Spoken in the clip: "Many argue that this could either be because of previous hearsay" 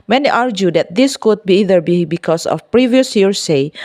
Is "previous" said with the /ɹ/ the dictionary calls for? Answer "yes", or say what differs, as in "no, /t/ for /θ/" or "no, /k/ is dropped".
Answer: yes